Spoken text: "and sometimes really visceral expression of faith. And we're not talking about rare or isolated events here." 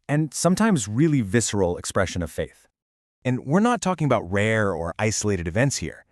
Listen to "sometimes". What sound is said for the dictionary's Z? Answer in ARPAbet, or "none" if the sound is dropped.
Z